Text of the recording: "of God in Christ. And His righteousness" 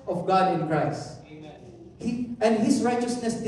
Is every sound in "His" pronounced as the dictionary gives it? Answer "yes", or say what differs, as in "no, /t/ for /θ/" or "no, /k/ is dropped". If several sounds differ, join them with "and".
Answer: no, /s/ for /z/